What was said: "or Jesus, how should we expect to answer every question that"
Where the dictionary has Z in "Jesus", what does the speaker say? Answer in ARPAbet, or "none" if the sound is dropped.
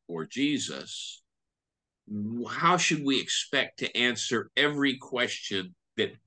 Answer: Z